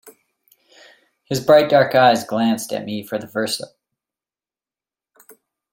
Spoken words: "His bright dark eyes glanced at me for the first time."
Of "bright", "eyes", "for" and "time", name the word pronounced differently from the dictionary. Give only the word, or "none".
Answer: time